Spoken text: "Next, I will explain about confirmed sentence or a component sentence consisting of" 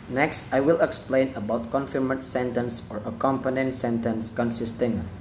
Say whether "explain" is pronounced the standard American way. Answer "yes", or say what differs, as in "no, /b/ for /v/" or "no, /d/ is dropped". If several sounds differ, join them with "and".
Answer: yes